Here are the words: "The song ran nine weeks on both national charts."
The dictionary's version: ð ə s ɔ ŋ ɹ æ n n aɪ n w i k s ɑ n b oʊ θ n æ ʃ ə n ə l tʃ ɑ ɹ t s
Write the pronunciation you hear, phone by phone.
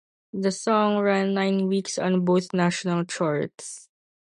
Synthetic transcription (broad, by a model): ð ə s ɔ ŋ ɹ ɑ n n aɪ n w i k s ɑ n b oʊ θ n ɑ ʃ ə n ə l tʃ ɑ ɹ t s